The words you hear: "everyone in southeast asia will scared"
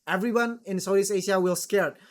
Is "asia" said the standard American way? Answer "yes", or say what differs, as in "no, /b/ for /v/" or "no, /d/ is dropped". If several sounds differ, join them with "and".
no, /ʃ/ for /ʒ/